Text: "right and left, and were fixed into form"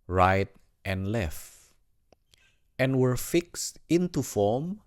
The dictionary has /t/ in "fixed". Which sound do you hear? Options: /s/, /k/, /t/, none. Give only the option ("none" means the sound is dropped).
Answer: /t/